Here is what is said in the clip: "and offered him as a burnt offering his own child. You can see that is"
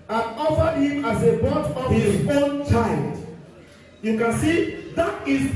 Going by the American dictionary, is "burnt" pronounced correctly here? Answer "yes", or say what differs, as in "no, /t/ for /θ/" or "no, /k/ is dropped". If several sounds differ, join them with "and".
no, /n/ is dropped